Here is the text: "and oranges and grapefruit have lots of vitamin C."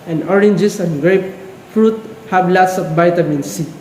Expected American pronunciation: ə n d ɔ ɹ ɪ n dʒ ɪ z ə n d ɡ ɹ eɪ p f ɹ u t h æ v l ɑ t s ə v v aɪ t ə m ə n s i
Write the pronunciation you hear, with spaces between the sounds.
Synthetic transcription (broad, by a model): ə n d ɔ ɹ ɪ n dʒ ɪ s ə n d ɡ ɹ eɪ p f ɹ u t h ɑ b l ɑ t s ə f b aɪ t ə m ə n s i